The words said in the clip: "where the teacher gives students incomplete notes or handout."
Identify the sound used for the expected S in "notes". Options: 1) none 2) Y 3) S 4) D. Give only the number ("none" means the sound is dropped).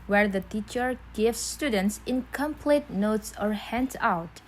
3